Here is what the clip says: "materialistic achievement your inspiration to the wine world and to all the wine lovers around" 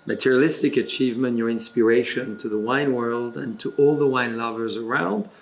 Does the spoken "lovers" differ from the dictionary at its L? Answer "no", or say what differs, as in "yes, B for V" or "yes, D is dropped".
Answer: no